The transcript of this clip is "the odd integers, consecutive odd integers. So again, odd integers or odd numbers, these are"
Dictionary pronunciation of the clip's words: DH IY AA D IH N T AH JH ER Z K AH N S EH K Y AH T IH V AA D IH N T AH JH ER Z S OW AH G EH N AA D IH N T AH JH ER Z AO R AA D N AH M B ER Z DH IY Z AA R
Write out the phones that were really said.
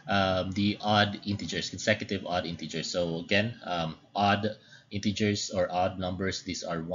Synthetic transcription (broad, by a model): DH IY AA D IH N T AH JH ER S K AH N S EH K Y AH T IH V AA D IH N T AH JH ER S OW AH G EH N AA D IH N T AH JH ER S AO R AA D N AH M B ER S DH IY S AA R